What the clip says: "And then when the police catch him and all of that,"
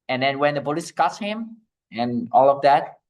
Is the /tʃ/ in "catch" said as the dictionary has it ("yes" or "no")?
no